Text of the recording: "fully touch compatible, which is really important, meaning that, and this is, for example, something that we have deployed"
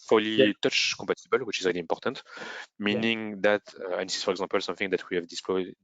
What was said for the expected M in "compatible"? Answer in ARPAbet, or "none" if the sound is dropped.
none